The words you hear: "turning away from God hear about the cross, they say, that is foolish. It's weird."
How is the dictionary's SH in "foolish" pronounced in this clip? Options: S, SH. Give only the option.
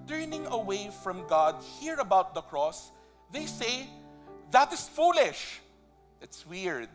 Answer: SH